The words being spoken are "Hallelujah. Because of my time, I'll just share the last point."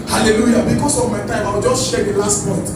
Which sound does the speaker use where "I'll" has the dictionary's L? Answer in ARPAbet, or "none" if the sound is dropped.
W